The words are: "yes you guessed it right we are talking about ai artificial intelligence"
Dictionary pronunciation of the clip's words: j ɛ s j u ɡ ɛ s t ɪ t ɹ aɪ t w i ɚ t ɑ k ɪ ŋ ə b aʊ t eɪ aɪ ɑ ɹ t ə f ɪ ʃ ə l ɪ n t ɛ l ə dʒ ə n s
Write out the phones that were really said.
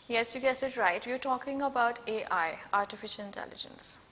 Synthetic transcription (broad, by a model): j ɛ s j u ɡ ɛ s ɪ t ɹ aɪ t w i ɚ t ɑ k ɪ ŋ ə b aʊ t eɪ aɪ ɑ ɹ t ə f ɪ ʃ ə l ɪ n t ɛ l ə dʒ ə n s